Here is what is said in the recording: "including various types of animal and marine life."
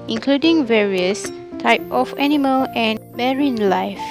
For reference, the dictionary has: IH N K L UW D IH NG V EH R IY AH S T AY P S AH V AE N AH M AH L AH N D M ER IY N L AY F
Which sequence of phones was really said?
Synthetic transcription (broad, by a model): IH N K L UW D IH NG V EH R IY AH S T AY P AH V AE N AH M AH L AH N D M ER IY N L AY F